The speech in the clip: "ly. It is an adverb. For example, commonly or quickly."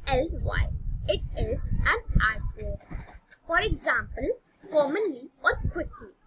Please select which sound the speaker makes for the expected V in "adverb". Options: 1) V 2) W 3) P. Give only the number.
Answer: 3